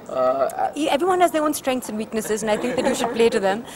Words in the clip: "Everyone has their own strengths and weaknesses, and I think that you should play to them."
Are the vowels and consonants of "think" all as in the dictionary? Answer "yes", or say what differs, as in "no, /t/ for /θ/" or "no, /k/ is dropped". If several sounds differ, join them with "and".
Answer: no, /t/ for /θ/